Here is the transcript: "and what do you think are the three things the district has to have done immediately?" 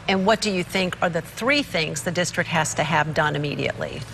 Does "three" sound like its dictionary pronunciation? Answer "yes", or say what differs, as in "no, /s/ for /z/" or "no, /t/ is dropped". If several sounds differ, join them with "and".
yes